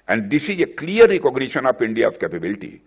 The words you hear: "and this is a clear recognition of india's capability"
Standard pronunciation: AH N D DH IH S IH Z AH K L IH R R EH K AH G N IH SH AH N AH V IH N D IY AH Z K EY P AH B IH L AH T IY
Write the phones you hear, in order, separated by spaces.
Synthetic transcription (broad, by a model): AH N D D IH S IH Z AH K L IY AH R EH K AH G N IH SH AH N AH P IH N D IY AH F K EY P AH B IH L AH T IY